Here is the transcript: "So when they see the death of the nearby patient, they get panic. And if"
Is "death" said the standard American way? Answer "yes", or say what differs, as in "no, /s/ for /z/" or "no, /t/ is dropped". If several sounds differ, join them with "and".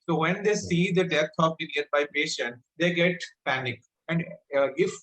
no, /t/ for /θ/